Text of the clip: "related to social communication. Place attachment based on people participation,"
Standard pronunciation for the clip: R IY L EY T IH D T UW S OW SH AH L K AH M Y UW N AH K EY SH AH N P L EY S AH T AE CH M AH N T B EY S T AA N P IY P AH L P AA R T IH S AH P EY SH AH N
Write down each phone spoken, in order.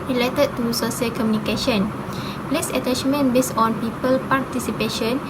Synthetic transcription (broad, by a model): R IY L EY T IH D T UW S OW S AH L K AH M Y UW N AH K EY SH AH N P L EY S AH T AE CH M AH N B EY S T AA N P IY P AH L P AA R T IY S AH P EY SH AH N